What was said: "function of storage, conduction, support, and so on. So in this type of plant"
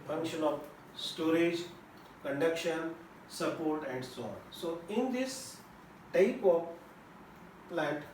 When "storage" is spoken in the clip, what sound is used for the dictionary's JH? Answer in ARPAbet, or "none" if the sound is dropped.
JH